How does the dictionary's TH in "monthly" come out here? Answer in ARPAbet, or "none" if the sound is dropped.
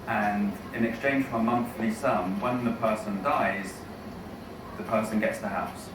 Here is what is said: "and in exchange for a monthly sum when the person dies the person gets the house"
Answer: TH